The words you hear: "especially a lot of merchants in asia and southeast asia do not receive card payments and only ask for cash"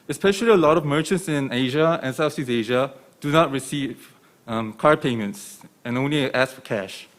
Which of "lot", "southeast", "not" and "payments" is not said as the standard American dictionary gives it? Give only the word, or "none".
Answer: southeast